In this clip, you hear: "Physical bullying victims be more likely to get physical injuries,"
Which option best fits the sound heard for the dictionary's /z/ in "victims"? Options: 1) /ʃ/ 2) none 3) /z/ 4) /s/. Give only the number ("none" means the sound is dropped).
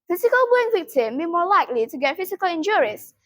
2